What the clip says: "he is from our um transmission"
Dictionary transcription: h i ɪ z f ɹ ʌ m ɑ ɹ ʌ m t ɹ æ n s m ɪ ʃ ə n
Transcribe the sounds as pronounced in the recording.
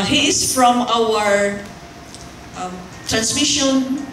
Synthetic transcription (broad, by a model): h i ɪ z f ɹ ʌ m ɑ w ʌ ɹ t ɹ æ n s m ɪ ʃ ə n